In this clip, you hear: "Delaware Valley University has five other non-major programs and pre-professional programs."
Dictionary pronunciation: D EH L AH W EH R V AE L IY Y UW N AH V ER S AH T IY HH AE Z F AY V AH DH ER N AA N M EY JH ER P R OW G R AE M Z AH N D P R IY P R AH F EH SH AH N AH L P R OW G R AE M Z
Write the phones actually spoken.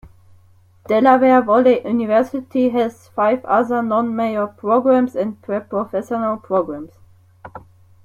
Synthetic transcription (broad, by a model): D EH L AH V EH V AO L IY Y UW N AH V ER S AH T IY HH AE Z F AY V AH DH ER N AA N M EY ER P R OW G R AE M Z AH N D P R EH P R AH F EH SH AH N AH L P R OW G R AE M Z